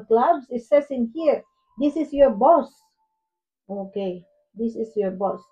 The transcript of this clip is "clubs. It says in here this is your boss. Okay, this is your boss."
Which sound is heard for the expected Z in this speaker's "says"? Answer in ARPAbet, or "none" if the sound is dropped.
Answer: S